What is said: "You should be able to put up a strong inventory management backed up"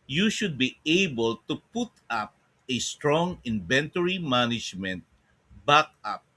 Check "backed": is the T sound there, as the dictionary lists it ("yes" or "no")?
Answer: no